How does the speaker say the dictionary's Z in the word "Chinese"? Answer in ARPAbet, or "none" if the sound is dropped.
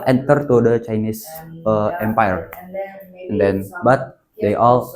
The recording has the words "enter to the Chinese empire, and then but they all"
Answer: S